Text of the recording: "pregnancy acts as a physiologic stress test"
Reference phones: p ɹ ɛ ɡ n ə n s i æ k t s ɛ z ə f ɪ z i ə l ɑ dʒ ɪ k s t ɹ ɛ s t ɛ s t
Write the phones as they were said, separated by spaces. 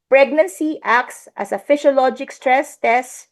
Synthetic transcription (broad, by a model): p ɹ ɛ ɡ n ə n s i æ k t s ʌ s ə f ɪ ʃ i l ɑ dʒ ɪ k s t ɹ ɛ s t ɛ s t